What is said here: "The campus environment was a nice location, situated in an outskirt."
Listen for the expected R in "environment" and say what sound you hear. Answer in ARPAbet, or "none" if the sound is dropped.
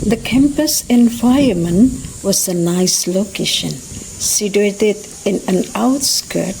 none